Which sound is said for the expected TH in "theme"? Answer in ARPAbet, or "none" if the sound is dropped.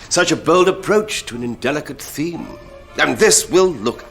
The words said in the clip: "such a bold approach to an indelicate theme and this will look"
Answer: TH